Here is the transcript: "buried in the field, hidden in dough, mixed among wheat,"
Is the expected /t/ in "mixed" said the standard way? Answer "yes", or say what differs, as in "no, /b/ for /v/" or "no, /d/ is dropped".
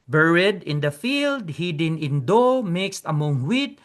yes